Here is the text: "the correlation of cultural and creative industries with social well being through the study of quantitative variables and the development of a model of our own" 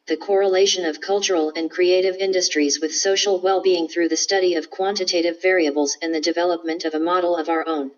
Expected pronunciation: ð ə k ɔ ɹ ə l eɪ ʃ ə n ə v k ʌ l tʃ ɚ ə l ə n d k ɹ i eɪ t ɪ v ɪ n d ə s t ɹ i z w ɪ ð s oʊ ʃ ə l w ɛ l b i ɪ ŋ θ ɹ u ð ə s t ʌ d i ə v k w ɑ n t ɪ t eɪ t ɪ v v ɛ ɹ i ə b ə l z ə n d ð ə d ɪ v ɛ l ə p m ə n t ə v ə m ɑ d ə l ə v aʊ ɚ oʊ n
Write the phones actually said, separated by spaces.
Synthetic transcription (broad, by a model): ð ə k ɔ ɹ ə l eɪ ʃ ə n ə v k ʌ l tʃ ɚ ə l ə n k ɹ i eɪ t ɪ v ɪ n d ə s t ɹ i z w ɪ ð s oʊ ʃ l w ɛ l b i ɪ ŋ θ ɹ u ð ə s t ʌ d i ə v k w ɑ n t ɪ t eɪ t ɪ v v ɛ ɹ i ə b l z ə n ð ə d ɪ v ɛ l ə p m ə n t ə v ə m ɑ d l ə v aʊ ɚ oʊ n